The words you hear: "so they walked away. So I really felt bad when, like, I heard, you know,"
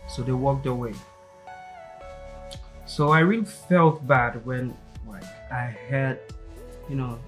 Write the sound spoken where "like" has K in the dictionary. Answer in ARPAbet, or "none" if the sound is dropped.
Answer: none